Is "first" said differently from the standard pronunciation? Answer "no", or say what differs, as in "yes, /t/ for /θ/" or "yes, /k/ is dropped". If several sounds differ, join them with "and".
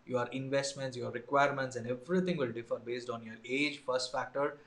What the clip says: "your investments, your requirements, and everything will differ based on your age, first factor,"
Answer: no